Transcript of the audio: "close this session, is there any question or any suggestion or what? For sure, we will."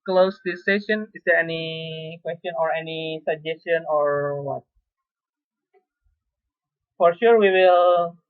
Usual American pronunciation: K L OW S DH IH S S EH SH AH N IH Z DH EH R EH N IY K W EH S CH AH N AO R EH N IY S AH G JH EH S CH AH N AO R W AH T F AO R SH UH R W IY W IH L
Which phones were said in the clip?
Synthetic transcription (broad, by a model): K L OW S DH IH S S EH SH AH N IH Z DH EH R EH N IY K W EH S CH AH N AO R EH N IY S AH G JH EH S CH AH N AO R W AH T F AO R SH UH R W IY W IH L